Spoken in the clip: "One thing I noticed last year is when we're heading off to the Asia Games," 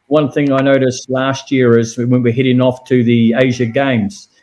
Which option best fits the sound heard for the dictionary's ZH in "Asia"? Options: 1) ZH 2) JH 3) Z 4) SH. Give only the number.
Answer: 1